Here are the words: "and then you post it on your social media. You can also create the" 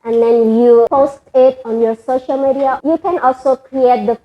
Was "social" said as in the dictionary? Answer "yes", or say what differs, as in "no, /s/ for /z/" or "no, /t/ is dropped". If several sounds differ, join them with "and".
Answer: yes